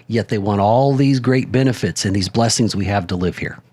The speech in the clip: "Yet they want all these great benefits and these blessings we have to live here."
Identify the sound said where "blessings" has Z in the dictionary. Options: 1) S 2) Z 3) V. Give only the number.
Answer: 2